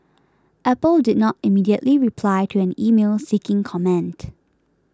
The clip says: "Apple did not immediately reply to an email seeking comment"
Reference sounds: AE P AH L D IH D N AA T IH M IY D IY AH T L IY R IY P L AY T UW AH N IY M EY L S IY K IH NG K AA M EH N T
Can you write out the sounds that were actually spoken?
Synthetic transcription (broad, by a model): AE P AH L D IH D N AA T IH M IY D IY AH T L IY R IY P L AY T UW AH N IY M EY L S IY K IH NG K AA M EH N T